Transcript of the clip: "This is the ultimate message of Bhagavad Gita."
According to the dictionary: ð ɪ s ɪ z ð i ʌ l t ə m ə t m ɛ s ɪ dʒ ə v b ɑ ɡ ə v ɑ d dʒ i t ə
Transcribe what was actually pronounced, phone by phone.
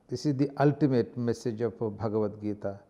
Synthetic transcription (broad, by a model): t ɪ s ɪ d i ʌ l t ə m ə t m ɛ s ɪ dʒ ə p b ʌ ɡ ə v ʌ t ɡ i t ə